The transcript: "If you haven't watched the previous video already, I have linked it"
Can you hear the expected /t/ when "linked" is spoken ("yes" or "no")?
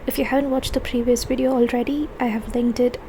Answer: yes